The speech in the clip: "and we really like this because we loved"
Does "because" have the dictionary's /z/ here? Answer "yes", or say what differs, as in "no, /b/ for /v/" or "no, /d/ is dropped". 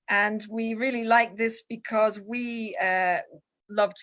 yes